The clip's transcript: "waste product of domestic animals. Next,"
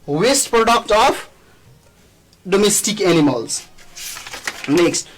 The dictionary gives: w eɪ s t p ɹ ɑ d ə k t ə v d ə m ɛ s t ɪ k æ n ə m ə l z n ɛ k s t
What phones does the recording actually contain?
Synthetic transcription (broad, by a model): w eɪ s t p ɹ ɑ d ə k t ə f d ə m ɛ s t ɪ k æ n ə m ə l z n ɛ k s t